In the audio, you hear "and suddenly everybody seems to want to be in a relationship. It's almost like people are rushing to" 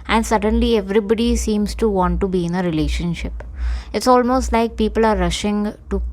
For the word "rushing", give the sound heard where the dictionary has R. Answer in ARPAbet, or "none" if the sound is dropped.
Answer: R